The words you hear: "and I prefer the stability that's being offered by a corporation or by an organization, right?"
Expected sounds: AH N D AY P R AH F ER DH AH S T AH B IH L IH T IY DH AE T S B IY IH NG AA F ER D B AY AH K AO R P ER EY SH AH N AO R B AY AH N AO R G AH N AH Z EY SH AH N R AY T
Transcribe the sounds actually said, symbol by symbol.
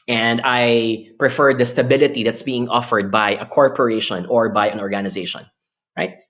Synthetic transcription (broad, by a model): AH N D AY P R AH F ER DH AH S T AH B IH L IH T IY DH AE T S B IY IH NG AA F ER D B AY AH K AO R P ER EY SH AH N AO R B AY AH N AO R G AH N AH Z EY SH AH N R AY T